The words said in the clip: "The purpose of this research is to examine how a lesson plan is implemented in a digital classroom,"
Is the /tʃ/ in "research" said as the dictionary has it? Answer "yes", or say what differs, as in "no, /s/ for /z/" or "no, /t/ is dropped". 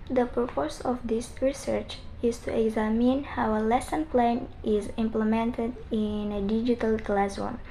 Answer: yes